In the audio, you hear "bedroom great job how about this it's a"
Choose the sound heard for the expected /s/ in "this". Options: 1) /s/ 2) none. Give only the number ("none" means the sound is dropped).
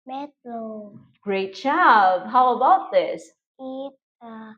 1